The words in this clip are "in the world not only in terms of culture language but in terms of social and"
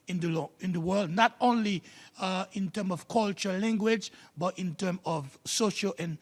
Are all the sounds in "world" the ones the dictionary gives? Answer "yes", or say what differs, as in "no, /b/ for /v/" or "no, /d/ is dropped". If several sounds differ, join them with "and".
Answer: yes